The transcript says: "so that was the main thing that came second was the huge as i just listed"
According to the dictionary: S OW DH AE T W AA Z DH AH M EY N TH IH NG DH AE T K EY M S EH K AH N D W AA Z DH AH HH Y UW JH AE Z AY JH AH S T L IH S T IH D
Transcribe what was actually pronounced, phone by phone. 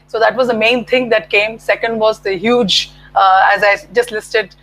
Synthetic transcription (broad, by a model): S OW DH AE T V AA Z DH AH M EY N T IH NG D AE T K EY M S EH K AH N D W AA Z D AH HH Y UW JH AE Z AY JH AH S T L IH S T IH D